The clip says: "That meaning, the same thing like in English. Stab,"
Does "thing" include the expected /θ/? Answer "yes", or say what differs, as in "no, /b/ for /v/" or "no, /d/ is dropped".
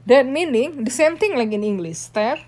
no, /t/ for /θ/